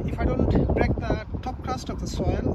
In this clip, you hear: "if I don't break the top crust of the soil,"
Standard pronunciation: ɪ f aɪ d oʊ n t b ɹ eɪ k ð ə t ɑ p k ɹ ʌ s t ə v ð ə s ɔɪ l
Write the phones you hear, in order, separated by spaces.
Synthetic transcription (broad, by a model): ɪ f aɪ d oʊ n t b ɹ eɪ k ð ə t ɑ p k ʌ s t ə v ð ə s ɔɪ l